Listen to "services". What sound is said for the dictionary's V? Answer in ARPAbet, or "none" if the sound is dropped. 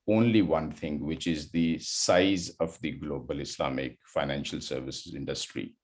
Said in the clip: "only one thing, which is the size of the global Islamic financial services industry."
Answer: V